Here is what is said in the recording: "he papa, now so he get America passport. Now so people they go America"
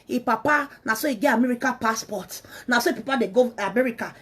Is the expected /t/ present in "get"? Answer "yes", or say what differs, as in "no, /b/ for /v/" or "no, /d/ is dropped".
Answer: no, /t/ is dropped